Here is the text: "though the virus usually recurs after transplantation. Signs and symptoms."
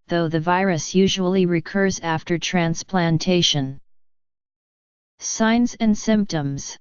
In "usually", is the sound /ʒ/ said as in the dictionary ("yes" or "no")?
yes